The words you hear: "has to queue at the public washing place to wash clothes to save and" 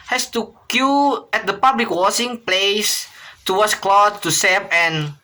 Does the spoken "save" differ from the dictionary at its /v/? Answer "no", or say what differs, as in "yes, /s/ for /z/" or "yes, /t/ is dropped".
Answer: yes, /p/ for /v/